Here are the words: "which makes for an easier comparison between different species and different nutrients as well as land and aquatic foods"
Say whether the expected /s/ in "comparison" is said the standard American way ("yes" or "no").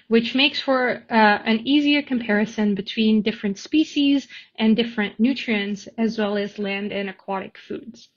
yes